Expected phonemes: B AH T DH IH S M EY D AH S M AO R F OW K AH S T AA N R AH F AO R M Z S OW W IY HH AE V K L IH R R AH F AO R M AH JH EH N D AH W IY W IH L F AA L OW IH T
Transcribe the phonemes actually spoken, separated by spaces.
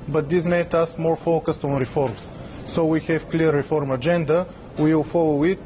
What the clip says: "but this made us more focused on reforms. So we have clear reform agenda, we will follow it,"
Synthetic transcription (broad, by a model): B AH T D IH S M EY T AH S M AO R F OW K AH S T AA N R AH F AO R M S S OW W IY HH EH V K L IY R R AH F AO R M AH JH EH N D AH W IY W IH L F AA L OW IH T